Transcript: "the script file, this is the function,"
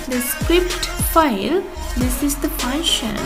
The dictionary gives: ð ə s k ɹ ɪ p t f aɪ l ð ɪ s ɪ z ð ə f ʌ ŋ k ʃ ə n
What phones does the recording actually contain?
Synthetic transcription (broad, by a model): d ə s k ɹ ɪ p t f aɪ l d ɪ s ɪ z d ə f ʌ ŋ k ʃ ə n